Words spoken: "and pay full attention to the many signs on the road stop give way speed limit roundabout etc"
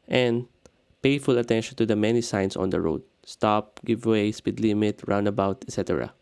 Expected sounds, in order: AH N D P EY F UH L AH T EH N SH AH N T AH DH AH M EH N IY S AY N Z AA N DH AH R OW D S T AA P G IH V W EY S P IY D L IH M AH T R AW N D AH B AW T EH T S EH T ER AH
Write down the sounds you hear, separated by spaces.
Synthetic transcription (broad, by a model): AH N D P EY F UH L AH T EH N SH AH N T AH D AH M EH N IY S AY N S AA N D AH R OW D S T AA P G IH V W EY S P IY D L IH M AH T R AW N D AH B AW T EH T S EH T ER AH